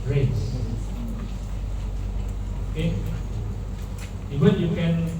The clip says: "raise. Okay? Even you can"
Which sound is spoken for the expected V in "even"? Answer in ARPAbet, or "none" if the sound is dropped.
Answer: W